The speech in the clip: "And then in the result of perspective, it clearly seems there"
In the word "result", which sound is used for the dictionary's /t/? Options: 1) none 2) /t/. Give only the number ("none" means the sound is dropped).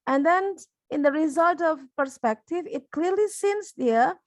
2